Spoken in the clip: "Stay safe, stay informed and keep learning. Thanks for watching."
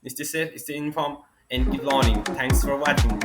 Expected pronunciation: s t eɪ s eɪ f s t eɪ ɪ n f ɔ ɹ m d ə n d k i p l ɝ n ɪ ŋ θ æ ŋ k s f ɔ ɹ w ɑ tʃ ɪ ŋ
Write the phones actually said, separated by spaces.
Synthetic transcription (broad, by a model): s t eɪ s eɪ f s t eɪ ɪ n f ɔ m ə n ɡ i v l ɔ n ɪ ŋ t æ ŋ k s f ɔ ɹ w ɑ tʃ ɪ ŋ